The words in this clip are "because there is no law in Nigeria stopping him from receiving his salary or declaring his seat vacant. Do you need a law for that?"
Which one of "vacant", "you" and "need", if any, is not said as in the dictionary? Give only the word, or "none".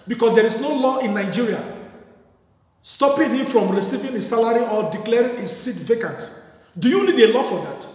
none